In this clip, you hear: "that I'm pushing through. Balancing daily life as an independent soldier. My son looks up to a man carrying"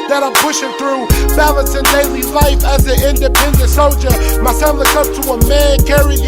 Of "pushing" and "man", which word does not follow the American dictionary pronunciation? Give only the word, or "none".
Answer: none